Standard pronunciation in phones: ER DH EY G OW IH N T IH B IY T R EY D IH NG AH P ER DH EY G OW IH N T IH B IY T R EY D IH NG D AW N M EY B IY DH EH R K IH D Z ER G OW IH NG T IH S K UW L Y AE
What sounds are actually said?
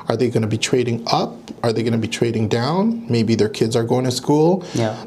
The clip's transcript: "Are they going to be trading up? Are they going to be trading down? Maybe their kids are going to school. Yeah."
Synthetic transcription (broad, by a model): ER DH EY G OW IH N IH B IY T R EY D IH NG AH P ER DH EY G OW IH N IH B IY T R EY D IH NG D AW N M EY B IY DH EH R K IH D Z ER G OW IH NG T IH S K UW L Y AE